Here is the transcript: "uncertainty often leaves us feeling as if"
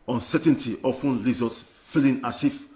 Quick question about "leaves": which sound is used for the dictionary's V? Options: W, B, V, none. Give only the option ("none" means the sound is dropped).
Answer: none